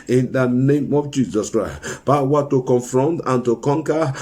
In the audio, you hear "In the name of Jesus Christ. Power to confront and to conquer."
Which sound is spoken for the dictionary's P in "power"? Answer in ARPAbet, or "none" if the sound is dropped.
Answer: B